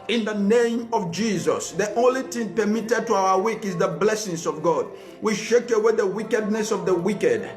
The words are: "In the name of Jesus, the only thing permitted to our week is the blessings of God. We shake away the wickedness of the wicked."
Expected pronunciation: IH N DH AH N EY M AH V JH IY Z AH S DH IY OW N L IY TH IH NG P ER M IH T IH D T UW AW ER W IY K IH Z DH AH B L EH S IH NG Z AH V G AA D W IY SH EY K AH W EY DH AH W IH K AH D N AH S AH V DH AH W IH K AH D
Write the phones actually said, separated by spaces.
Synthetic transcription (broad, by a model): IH N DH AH N EY M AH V JH IY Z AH S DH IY OW N L IY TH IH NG P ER M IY T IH D T UW AW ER W IY K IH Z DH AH B L EH S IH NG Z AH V G AA D W IY SH EY K AH W EY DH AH W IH K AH D N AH S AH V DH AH W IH K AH D